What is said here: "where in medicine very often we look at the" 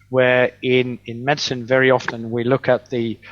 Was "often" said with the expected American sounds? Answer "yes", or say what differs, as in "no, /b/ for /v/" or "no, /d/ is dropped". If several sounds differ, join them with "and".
yes